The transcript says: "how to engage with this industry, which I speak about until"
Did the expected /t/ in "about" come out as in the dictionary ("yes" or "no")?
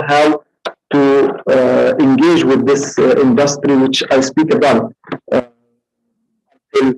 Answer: no